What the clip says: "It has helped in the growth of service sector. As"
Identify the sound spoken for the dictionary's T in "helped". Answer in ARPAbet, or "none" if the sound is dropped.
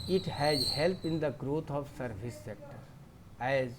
none